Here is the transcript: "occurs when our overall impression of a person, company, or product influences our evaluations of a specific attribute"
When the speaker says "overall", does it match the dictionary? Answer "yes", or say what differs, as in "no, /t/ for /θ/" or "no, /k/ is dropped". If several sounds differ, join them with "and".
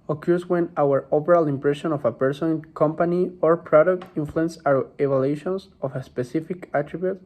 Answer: no, /p/ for /v/